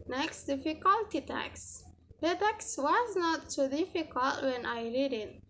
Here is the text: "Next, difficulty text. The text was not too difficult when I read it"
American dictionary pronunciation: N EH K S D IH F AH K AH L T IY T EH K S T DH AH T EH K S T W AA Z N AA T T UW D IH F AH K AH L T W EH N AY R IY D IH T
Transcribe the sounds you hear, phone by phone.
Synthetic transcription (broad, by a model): N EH K S D IH F AH K AH L T IY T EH K S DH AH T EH K S W AA Z N AA T S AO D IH F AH K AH L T W EH N AY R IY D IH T